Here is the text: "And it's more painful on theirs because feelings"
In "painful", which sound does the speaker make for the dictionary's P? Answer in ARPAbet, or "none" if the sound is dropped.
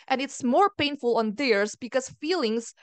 P